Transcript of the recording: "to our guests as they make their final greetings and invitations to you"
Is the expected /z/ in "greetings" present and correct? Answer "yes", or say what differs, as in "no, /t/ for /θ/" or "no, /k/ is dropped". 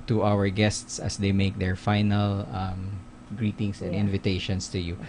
no, /s/ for /z/